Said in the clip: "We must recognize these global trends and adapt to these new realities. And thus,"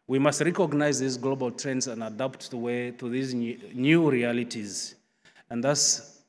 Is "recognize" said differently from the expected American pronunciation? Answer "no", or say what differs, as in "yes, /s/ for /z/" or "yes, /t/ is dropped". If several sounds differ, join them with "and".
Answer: no